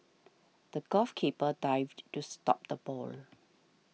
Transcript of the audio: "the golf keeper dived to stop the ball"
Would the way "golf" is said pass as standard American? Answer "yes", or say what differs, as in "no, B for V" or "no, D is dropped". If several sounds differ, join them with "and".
no, L is dropped